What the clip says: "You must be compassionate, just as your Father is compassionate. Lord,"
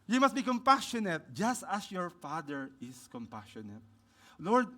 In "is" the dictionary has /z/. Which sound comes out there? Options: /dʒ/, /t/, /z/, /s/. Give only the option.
/s/